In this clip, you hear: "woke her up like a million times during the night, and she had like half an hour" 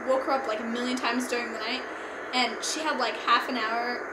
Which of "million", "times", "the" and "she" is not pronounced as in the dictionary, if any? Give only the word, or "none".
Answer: none